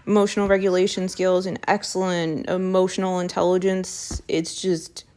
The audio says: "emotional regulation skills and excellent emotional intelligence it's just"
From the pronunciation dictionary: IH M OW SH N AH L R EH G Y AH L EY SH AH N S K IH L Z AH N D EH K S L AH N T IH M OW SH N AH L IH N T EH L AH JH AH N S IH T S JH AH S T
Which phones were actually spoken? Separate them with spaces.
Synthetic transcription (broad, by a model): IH M OW SH N L R EH G Y AH L EY SH AH N S K IH L Z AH N EH K S L AH N T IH M OW SH N L IH N T EH L AH JH AH N S IH T S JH AH S T